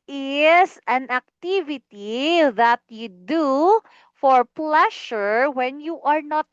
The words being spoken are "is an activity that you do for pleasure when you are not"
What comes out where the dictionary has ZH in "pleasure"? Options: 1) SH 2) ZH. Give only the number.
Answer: 1